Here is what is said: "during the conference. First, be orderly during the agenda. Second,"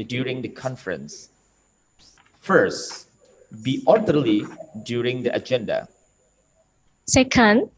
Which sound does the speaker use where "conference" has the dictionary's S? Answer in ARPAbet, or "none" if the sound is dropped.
S